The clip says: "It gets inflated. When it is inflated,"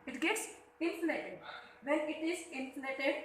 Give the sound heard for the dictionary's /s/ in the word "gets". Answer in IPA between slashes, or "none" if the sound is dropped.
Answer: /s/